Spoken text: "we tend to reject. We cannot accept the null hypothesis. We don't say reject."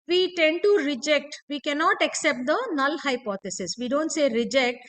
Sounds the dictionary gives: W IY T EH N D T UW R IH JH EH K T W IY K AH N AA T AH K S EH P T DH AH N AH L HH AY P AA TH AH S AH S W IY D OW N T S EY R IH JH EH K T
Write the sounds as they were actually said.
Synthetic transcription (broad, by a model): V IY T EH N D T UW R IH JH EH K T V IY K AH N AA T AH K S EH P T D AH N AH L HH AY P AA T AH S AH S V IY D OW N T S EY R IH JH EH K T